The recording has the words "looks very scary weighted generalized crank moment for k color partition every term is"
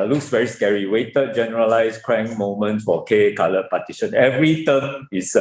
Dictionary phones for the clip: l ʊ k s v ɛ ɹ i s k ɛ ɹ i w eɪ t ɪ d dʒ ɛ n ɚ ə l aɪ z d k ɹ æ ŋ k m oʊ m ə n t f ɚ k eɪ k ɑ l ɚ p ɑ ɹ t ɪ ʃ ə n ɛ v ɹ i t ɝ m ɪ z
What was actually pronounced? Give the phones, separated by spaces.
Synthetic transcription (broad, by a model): l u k s w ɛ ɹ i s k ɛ ɹ i w eɪ t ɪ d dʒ ɛ n ɚ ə l aɪ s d k ɹ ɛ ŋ m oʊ m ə n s f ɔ k eɪ k ɑ l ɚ p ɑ t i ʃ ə n ɛ v ɹ i t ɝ m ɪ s